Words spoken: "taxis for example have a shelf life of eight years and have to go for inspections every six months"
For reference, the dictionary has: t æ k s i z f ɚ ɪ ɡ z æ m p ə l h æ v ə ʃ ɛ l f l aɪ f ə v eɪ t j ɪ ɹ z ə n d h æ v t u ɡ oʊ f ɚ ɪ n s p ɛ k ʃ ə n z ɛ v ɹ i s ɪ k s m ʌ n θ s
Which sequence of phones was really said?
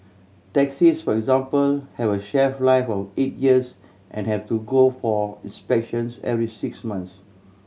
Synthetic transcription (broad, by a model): t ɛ k s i s f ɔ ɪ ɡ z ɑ m p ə l h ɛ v ə ʃ ɛ f l aɪ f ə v eɪ t j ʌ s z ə n h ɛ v t u ɡ oʊ f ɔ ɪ n s p ɛ k ʃ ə n s ɛ v ɹ i s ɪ k s m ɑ n s